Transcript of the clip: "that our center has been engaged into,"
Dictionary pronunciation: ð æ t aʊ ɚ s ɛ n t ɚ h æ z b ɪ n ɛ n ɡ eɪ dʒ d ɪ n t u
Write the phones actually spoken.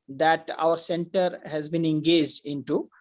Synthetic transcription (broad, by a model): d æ t aʊ ɚ s ɛ n t ɚ h æ z b ɪ n ɛ n ɡ eɪ dʒ d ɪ n t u